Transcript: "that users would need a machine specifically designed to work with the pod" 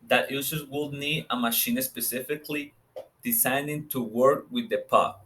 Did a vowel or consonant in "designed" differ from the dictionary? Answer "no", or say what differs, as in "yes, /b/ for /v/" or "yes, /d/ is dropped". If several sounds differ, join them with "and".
yes, /s/ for /z/